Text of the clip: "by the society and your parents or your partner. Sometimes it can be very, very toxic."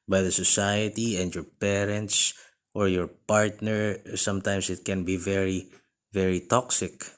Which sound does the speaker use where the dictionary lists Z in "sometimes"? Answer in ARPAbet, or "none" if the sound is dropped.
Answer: S